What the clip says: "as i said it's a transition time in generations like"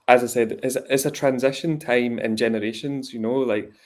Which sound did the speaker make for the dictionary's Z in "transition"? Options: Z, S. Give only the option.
Z